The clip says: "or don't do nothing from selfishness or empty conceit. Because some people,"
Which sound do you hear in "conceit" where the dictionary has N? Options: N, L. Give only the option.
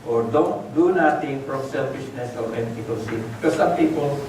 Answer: L